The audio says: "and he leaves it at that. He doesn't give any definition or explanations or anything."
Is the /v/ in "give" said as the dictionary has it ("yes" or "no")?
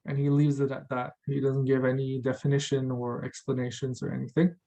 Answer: yes